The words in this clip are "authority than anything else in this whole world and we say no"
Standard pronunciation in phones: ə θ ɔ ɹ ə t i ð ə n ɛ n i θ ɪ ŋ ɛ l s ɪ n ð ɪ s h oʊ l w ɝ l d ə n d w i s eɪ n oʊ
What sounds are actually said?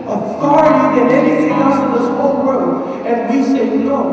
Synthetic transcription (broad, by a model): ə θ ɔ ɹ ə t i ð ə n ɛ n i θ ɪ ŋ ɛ s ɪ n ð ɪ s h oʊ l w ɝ d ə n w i s eɪ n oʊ